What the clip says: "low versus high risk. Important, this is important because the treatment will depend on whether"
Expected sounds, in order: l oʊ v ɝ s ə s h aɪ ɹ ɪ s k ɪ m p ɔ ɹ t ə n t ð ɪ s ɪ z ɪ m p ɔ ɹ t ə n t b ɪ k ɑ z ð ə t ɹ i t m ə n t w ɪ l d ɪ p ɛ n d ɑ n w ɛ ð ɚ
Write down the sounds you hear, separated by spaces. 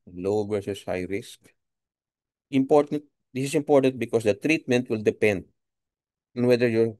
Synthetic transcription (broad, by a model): l oʊ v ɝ s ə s h aɪ ɹ ɪ s k ɪ m p ɔ ɹ t ə n t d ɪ s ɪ s ɪ m p ɔ ɹ t ə n t b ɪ k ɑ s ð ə t ɹ i t m ə n t w ɪ l d ɪ p ɛ n d ɑ n w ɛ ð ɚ